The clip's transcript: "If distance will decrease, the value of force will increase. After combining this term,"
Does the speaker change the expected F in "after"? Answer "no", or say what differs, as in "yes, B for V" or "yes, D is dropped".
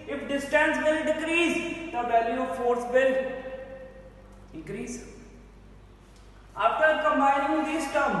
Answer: yes, P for F